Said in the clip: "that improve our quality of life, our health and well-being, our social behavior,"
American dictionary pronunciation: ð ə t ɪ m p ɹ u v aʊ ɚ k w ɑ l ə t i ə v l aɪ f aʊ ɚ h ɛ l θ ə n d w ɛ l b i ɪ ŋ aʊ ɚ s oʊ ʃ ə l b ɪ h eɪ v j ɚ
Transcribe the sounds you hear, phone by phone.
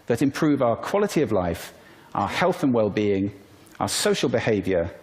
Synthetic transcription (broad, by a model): ð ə t ɪ m p ɹ u v aʊ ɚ k w ɑ l ə t i ə v l aɪ f aʊ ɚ h ɛ l θ ə n w ɛ l b i ɪ ŋ aʊ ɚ s oʊ ʃ ə l b ɪ h eɪ v j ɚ